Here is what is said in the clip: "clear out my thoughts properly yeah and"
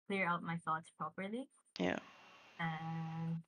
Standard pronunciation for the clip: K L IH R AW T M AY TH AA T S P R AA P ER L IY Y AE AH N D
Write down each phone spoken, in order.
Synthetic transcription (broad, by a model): K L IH R AW T M AY TH AA T S P R AA P ER L IY Y AE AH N